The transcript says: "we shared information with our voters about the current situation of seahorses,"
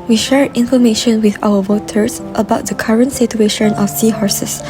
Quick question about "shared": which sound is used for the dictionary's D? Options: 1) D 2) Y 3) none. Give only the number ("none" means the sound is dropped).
3